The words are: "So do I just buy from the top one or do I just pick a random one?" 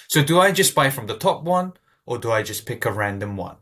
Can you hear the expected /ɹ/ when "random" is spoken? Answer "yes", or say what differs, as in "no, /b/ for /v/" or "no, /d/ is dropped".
yes